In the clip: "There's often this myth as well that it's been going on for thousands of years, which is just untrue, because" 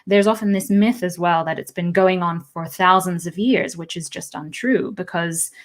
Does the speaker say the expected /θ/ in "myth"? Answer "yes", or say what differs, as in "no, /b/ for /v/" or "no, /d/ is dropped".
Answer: yes